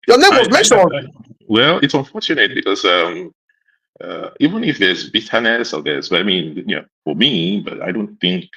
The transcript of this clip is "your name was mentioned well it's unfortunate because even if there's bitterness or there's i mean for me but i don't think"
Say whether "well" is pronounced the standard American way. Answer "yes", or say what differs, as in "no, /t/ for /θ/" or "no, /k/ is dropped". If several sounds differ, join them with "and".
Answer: yes